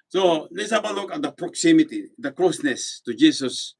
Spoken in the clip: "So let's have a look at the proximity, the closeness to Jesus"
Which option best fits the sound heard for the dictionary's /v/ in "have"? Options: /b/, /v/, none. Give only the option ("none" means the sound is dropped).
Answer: /b/